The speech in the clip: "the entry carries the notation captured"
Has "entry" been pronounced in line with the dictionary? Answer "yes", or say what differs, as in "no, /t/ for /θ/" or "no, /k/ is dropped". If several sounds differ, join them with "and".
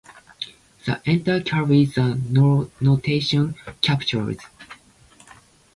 no, /ɹ/ is dropped